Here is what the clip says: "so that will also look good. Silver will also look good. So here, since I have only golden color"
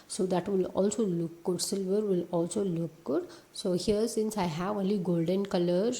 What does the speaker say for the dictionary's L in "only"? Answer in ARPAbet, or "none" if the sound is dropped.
L